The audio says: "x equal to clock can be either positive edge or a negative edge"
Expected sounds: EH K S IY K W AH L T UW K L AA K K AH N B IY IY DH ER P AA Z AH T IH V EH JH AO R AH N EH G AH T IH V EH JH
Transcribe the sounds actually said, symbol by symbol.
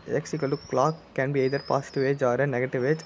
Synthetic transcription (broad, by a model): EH K S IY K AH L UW K L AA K K AH N B IY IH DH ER P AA S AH T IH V EH JH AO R AH N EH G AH T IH V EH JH